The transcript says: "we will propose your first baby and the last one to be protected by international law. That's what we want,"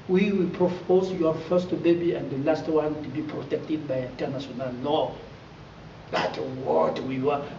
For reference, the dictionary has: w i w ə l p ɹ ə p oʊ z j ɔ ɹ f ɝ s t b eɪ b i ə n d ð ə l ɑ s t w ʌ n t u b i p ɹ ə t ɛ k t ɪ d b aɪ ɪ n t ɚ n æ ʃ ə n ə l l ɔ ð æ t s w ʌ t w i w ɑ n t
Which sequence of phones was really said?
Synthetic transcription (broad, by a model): w i w ə l p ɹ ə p oʊ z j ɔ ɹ f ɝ s t b eɪ b i ə n d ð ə l ɑ s t w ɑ n t u b i p ɹ ə t ɛ k t ɪ d b aɪ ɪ n t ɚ n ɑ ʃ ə n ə l n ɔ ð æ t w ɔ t w i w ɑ